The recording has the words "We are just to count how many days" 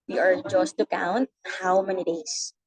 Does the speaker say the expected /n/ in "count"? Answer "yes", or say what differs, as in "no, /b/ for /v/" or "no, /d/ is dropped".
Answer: yes